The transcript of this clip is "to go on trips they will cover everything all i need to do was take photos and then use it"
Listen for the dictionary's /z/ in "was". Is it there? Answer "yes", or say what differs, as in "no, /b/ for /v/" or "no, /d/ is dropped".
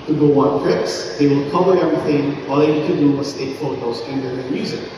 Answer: no, /s/ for /z/